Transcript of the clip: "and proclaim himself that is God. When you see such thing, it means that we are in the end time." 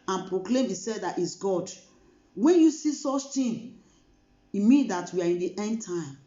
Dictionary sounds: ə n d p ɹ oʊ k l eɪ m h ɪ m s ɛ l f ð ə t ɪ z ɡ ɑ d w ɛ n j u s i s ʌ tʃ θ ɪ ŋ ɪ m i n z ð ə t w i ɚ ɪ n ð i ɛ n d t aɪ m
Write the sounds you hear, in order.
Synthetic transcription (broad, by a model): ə n p ɹ oʊ k l eɪ m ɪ s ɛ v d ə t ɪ s ɡ ɑ d w ɛ n j u s i s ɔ tʃ t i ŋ ɪ m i n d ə t w i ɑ ɪ n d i ɛ n d t aɪ m